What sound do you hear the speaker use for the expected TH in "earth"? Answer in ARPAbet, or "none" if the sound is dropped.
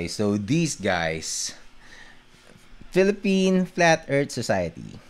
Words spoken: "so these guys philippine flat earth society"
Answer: T